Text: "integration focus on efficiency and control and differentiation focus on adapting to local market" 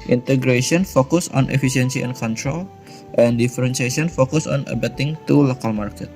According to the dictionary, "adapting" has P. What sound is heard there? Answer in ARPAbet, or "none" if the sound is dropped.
none